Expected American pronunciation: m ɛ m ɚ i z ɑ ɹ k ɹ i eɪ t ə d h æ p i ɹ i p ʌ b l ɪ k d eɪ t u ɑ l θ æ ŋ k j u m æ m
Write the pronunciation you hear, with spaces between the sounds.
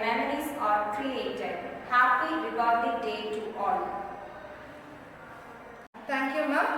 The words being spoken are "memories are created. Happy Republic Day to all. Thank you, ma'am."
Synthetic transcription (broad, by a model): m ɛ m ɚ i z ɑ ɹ k ɹ i eɪ t ə d h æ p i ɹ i b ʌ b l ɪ d eɪ t u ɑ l t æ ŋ k j u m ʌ